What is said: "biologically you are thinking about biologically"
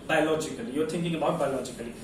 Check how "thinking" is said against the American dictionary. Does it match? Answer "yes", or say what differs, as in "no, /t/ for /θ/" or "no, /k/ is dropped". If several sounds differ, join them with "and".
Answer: no, /t/ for /θ/